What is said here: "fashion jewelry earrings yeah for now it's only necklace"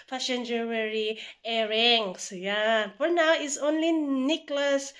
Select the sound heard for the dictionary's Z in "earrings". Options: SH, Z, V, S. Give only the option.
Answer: S